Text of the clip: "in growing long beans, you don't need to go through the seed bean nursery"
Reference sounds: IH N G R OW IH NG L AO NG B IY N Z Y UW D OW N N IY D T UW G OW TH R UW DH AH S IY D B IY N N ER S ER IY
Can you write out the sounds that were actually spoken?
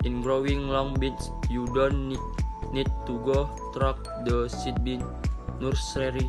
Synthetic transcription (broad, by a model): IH N G R OW IH NG L AO NG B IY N S Y UW D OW N N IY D T UW G OW T R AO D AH S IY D B IY N N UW S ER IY